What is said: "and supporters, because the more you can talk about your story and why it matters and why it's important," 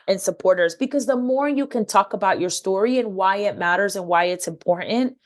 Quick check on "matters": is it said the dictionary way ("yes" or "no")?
yes